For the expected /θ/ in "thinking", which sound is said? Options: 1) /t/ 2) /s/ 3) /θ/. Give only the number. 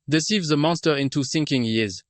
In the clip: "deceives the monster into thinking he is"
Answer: 2